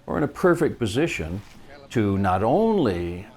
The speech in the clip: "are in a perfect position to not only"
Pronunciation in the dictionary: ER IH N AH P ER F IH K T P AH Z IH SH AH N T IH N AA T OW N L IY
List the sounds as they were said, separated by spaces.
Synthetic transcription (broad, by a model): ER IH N AH P ER F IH K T P AH Z IH SH AH N T IH N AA T OW N L IY